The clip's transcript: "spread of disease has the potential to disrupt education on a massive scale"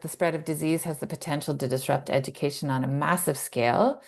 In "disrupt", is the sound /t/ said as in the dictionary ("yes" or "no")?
yes